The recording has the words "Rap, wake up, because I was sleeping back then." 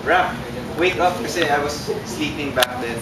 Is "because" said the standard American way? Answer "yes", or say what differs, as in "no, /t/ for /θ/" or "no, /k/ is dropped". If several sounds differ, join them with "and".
no, /z/ is dropped